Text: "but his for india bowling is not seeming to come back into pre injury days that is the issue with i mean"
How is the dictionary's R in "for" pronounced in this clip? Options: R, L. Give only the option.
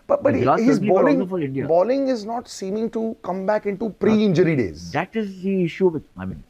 L